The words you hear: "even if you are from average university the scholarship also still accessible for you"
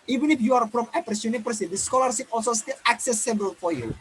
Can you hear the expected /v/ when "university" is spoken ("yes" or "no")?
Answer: no